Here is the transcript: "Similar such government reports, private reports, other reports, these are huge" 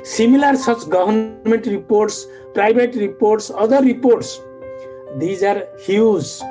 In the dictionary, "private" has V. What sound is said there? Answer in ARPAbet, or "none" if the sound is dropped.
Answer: B